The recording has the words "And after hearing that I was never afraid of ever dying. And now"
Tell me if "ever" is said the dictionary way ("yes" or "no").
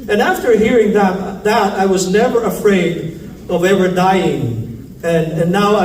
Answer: no